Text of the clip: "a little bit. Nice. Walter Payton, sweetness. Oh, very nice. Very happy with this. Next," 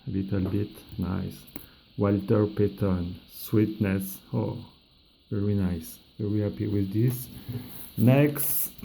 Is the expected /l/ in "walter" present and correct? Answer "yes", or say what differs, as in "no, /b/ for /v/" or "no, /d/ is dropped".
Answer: yes